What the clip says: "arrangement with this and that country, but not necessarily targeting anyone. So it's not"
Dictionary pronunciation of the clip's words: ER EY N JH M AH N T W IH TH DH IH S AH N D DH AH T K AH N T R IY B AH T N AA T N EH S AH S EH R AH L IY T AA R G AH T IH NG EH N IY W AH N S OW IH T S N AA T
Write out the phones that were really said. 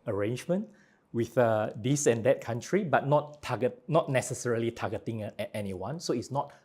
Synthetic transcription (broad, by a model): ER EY N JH M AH N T W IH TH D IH S AH N D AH T K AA N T R IY B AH T N AA T N EH S AH S EH R AH L IY T AA G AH T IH NG EH N IY W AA N S OW IH T S N AA T